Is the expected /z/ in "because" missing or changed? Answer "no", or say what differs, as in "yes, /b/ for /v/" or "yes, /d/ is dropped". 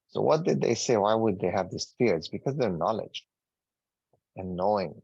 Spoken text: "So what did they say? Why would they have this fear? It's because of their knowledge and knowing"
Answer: no